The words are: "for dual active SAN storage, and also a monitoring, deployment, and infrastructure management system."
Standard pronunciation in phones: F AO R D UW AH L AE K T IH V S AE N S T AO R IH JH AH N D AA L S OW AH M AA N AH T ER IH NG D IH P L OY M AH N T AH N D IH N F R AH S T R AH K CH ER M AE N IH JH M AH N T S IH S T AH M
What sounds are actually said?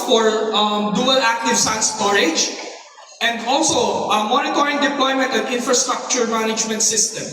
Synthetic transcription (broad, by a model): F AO R D UW AH L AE K T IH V S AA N S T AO R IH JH AH N D AA L S OW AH M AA N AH T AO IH NG D IH P L OY M AH N T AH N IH N F R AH S T R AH K CH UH M AE N IH JH M AH N T S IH S T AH M